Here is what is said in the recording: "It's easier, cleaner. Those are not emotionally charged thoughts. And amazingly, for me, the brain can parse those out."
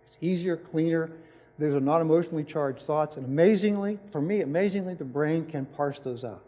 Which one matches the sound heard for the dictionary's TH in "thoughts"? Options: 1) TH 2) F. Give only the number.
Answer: 1